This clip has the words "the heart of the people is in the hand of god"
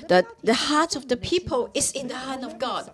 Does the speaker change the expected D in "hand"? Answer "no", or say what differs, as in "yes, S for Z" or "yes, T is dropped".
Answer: yes, D is dropped